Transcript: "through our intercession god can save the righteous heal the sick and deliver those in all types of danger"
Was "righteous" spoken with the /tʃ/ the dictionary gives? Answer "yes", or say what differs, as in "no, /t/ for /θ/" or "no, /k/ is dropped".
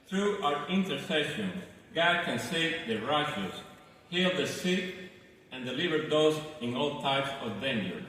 no, /ʃ/ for /tʃ/